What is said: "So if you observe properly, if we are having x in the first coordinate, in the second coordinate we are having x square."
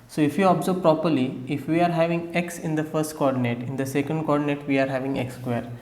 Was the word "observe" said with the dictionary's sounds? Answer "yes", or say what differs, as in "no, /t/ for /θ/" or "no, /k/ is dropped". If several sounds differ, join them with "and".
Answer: no, /b/ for /v/